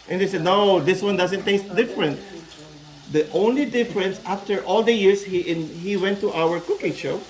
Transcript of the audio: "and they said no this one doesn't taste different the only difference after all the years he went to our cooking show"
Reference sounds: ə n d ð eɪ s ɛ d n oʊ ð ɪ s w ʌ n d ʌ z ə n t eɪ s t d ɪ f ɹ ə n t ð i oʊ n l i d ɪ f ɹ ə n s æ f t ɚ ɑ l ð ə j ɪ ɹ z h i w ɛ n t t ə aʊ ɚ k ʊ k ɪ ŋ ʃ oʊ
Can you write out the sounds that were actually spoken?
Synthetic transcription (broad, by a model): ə n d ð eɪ s ɛ d n oʊ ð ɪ s w ʌ n d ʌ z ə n t eɪ s t d ɪ f ɹ ə n t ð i oʊ n l i d ɪ f ɹ ə n s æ f t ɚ ɑ l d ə j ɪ ɹ s h i w ɛ n t t aʊ ɚ k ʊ k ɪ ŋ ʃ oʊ